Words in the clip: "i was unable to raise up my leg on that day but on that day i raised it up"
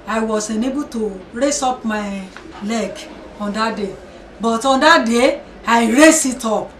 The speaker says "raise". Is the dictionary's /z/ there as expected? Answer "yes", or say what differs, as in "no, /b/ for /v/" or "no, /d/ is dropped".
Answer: no, /s/ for /z/